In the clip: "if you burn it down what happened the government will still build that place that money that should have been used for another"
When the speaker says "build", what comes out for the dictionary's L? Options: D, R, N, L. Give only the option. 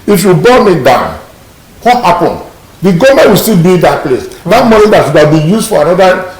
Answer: N